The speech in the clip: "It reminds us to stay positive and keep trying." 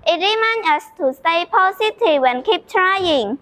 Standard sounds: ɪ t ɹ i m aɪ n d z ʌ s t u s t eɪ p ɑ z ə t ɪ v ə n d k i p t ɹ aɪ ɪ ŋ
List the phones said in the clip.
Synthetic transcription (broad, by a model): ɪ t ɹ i m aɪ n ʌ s t u s t eɪ p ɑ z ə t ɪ w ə n k i p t ɹ aɪ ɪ ŋ